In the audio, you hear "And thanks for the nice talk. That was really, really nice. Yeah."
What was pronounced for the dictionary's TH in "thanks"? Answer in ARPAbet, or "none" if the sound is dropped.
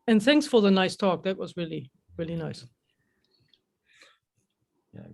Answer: TH